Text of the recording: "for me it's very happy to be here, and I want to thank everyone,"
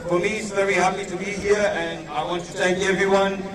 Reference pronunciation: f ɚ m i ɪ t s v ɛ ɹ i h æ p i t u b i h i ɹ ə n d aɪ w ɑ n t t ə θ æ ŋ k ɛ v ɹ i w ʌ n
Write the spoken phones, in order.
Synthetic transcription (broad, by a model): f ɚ m i ɪ t s v ɛ ɹ i h æ p i t u b i h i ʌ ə n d aɪ w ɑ n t t ə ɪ k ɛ v ɹ i w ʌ n